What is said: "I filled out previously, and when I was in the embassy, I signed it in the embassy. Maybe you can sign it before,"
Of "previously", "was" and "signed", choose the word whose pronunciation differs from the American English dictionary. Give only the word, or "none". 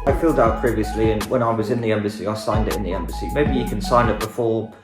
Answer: none